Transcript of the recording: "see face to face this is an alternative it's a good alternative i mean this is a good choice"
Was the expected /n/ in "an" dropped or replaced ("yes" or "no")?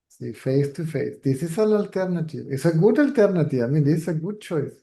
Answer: yes